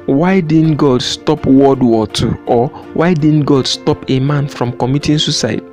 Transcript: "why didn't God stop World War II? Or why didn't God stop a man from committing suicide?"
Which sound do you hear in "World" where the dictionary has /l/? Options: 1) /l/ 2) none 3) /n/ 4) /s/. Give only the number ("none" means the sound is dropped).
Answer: 2